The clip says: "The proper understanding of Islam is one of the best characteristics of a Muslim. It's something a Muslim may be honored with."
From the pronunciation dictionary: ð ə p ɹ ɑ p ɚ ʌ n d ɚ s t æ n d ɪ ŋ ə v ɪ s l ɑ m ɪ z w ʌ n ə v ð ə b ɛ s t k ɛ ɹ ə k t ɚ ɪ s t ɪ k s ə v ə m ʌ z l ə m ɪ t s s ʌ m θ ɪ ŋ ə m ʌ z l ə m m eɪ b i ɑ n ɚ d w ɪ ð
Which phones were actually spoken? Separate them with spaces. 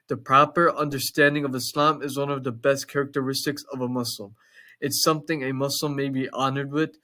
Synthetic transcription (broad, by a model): ð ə p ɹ ɑ p ɚ ʌ n d ɚ s t æ n d ɪ ŋ ə v ɪ s l ɑ m ɪ z w ʌ n ə v ð ə b ɛ s t k ɛ ɹ ə k t ɚ ɪ s t ɪ k s ə v ə m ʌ s l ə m ɪ t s s ʌ m θ ɪ ŋ ə m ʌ s l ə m m eɪ b i ɑ n ɚ d w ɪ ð